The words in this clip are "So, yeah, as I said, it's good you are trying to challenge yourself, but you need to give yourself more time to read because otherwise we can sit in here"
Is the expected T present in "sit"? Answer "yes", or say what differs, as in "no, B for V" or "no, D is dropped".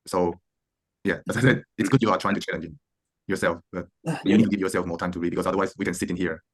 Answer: yes